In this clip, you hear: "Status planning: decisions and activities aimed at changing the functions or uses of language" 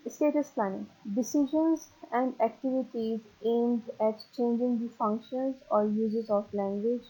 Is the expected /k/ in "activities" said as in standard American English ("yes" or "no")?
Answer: yes